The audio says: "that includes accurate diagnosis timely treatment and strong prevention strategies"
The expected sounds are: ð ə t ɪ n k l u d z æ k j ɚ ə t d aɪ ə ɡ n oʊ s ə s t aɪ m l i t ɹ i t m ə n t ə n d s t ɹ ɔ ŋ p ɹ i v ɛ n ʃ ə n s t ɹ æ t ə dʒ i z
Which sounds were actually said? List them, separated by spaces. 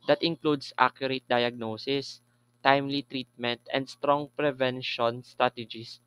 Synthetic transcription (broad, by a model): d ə t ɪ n k l u d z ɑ k j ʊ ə t d aɪ ə ɡ n oʊ s ə s t aɪ m l i t ɹ i t m ə n t ə n d s t ɹ ɔ ŋ p ɹ i v ɛ n ʃ ə n s t ɹ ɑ t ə dʒ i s